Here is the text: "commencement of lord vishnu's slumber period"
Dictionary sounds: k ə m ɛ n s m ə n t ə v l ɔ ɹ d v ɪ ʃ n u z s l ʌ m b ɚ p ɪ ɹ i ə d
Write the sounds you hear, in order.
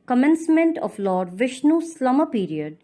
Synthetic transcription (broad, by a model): k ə m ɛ n s m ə n t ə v l ɔ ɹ d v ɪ ʃ n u s l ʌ m ɚ p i ɹ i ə d